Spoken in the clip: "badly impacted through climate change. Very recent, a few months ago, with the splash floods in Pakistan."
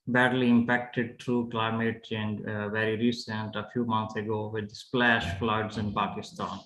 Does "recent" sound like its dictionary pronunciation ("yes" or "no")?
yes